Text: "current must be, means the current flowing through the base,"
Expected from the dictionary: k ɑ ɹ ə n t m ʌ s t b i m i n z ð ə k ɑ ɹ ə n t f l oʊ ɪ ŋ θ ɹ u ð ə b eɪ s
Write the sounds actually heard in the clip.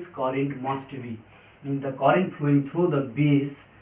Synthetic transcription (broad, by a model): k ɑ ɹ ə n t m ʌ s t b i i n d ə k ɑ ɹ ə n t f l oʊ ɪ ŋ t ɹ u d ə b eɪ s